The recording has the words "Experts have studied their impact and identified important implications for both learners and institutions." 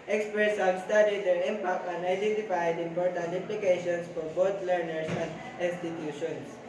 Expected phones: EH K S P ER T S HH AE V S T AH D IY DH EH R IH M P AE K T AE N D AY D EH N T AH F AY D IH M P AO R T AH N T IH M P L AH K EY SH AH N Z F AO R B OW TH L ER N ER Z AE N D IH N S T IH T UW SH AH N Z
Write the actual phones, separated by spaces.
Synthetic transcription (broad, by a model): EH K S P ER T S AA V S T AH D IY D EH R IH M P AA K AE N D AY D EH N T AH F AY D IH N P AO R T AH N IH M P L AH K EY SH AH N S F AO R B OW T L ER N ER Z AE N D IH N S T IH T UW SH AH N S